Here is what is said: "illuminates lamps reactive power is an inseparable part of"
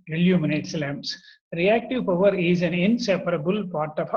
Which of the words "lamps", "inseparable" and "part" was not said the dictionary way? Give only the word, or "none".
lamps